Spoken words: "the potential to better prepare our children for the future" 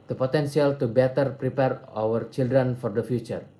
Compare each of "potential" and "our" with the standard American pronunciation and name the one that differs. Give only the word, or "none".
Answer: potential